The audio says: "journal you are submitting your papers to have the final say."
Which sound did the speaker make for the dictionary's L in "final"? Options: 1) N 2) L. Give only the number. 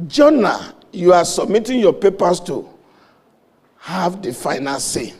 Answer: 1